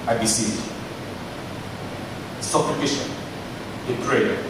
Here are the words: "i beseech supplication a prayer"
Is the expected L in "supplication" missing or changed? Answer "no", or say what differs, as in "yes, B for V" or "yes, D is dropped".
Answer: yes, L is dropped